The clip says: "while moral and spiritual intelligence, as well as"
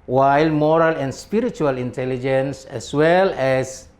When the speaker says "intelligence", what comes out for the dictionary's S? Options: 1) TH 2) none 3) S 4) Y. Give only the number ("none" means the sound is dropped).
3